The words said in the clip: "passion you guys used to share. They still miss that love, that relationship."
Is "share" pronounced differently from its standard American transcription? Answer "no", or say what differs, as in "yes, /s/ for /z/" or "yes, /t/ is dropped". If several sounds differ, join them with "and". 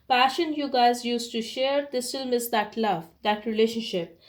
no